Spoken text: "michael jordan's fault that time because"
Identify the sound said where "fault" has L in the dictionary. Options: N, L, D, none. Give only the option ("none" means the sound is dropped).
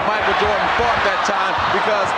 none